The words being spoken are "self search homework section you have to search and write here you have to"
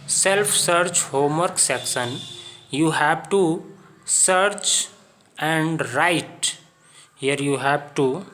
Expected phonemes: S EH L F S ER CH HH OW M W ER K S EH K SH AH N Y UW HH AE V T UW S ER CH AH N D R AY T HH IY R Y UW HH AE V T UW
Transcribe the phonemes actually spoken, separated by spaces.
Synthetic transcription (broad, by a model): S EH L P S ER CH HH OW M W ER K S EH K S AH N Y UW HH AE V T UW S ER CH AH N D R AY T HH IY R Y UW HH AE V T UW